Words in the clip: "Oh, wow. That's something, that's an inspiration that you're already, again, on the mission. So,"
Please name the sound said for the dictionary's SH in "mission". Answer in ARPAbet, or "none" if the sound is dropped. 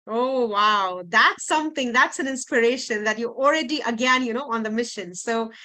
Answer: SH